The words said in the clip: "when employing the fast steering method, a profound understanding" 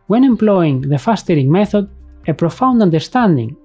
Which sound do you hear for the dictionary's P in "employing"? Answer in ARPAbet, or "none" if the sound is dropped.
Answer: P